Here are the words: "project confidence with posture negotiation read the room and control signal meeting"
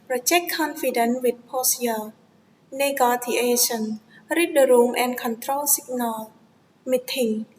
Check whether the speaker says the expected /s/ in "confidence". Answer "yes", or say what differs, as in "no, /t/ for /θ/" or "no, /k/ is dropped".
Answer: no, /s/ is dropped